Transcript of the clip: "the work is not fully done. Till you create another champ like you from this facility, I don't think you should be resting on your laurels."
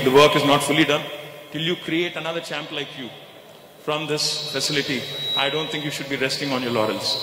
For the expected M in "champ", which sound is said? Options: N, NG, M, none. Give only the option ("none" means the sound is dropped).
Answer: M